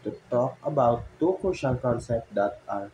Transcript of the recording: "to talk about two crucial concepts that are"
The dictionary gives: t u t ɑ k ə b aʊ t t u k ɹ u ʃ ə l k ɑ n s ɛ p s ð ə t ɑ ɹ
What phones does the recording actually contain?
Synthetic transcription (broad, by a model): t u t ɑ k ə b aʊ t t u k u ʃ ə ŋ k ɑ n s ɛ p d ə t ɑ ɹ